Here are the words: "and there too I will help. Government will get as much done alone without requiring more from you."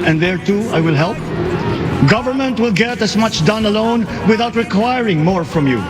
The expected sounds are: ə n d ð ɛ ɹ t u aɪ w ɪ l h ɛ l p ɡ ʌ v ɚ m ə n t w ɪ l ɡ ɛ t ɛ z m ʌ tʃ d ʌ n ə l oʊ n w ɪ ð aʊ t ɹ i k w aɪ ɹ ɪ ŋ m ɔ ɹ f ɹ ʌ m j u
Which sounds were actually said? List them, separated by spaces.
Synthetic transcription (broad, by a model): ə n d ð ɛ ɹ t u aɪ w ɪ l h ɛ l p ɡ ʌ v ɚ m ə n t w ɪ l ɡ ɛ t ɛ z m ʌ tʃ d ʌ n ə l oʊ n w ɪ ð aʊ t ɹ i k w aɪ ɹ ɪ ŋ m ɔ ɹ f ɹ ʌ m j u